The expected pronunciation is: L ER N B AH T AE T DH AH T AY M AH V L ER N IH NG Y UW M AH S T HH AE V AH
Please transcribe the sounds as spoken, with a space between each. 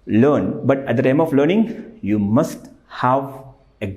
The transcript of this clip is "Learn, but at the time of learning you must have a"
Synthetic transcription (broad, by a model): L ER N B AH T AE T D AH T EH M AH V L ER N IH NG Y UW M AH S T HH AE V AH